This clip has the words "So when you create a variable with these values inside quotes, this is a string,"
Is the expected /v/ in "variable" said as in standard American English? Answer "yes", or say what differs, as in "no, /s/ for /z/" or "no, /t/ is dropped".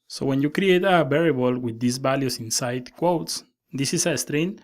no, /b/ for /v/